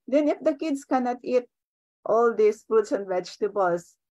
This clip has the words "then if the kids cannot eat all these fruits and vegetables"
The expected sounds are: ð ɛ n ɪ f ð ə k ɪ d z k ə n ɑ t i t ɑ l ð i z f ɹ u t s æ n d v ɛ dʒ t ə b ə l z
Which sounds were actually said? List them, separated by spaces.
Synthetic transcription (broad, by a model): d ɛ n ɪ f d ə k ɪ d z k ə n ɑ t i t ɑ l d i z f u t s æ n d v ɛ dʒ t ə b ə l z